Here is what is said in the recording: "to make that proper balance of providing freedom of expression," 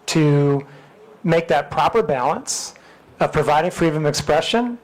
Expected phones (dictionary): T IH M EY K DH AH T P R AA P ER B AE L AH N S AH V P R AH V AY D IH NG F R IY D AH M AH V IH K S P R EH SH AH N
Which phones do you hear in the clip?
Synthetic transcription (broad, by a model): T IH M EY K DH AH T P R AA P ER B AE L AH N S AH V P R AH V AY D IH NG F R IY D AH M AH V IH K S P R EH SH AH N